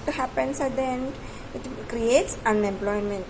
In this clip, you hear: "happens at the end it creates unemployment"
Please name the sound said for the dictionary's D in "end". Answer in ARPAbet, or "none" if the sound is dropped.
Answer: none